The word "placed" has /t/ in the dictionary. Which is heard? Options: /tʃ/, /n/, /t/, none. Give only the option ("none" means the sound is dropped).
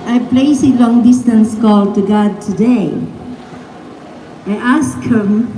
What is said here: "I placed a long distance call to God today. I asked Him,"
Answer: none